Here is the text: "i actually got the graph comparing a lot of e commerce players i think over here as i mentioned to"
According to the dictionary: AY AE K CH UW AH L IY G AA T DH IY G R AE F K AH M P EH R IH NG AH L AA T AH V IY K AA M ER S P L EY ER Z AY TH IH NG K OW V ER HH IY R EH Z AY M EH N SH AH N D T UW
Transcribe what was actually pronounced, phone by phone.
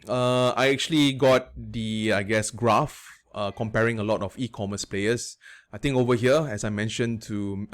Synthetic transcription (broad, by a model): AY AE K CH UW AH L IY G AA T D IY G R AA F K AH M P EH R IH NG AH L AA T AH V IY K AA M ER S P L EY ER S AY T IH NG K OW V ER HH IY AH EH S AY M EH N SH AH N T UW